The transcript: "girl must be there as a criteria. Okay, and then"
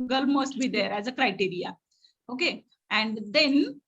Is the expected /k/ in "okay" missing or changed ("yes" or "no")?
no